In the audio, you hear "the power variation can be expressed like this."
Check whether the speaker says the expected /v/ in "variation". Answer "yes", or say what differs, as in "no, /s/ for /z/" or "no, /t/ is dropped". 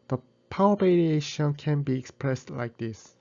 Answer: no, /b/ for /v/